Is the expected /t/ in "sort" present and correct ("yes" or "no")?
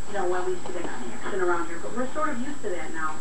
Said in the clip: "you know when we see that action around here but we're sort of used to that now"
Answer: no